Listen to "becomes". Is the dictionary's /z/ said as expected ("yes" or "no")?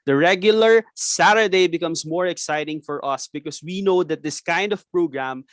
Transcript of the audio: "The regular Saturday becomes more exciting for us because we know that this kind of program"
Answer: no